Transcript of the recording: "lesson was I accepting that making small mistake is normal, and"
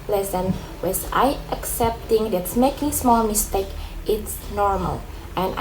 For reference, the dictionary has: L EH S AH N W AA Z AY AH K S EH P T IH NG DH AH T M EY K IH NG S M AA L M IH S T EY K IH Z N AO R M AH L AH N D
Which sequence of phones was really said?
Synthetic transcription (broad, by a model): L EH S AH N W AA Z AY AH K S EH P T IH NG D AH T M EY K IH NG S M AA L M IH S T EY K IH S N AO R M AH L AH N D